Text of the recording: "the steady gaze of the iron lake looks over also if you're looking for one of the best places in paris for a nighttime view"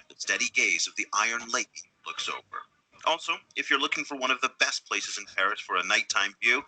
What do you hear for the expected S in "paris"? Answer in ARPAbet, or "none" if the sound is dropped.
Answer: S